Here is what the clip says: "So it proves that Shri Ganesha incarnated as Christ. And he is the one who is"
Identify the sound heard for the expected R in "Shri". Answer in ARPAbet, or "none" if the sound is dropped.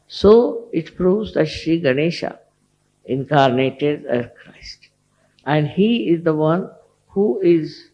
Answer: none